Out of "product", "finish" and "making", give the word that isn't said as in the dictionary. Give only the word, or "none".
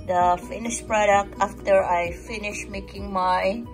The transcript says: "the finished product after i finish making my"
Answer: none